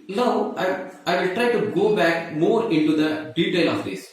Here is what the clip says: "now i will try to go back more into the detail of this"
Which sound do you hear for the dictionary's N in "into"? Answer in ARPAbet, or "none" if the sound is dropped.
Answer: N